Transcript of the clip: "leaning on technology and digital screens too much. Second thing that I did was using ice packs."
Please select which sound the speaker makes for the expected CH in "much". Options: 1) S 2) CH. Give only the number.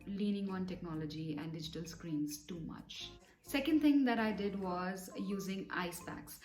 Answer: 2